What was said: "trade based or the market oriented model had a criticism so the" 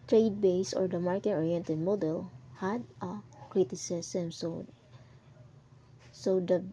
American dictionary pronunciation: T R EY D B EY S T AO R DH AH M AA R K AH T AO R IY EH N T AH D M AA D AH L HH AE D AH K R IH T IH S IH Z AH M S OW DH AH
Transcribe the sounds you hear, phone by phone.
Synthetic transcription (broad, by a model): T R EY D B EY S AO R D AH M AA R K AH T AO R IY EH N T AH D M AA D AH L HH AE D AH K R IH T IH S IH S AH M S OW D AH